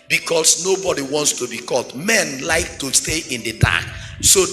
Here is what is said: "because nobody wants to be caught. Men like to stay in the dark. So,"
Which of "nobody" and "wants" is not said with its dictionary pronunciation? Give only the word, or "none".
none